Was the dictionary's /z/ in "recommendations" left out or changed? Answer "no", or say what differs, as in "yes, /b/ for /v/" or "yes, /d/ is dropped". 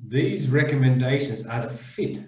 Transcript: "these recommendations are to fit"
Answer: no